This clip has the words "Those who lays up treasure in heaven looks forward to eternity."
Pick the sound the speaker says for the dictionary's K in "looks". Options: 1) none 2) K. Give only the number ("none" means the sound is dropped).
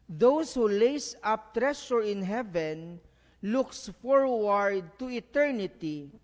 2